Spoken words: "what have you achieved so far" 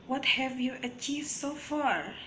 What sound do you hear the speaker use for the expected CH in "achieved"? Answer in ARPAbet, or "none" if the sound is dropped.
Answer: CH